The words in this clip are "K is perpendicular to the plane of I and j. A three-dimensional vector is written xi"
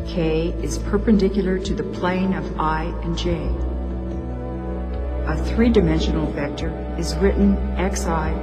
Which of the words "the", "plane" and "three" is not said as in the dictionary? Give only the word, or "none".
none